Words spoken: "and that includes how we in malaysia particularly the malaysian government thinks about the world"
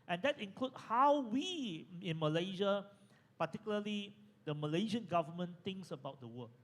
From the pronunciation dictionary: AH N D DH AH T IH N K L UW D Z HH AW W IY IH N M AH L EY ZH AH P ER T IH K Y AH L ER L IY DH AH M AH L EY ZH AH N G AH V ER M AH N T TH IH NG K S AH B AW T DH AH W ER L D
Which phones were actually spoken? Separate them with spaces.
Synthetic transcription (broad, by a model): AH N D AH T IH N K L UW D HH AW W IY IH N M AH L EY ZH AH P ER T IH K Y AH L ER L IY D AH M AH L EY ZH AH N G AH V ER M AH N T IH NG K S AH B AW T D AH W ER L